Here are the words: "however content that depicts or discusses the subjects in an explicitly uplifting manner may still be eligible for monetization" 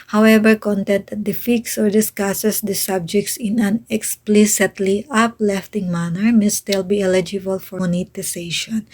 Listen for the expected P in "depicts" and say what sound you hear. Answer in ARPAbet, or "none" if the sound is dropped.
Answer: F